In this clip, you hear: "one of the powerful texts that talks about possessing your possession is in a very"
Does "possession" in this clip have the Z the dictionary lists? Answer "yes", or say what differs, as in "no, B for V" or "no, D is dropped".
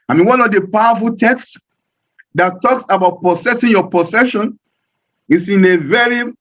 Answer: no, S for Z